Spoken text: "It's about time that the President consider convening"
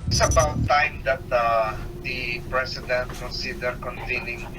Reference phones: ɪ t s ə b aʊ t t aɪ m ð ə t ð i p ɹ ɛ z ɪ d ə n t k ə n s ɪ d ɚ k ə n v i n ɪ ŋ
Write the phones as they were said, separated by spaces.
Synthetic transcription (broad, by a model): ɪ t s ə b aʊ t t aɪ m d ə t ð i p ɹ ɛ s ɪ d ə n t k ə n s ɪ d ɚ k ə n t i n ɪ ŋ